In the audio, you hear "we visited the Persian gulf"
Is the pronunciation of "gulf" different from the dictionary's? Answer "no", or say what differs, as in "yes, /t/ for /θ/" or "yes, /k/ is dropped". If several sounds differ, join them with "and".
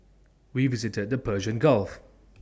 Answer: no